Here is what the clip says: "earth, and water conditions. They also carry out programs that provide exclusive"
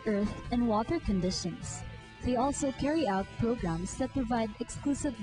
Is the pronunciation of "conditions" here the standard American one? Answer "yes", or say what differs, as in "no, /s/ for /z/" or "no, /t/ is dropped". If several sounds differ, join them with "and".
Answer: no, /s/ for /z/